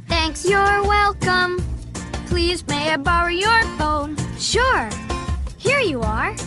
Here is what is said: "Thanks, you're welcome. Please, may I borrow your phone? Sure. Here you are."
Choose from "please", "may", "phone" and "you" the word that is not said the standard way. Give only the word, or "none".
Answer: none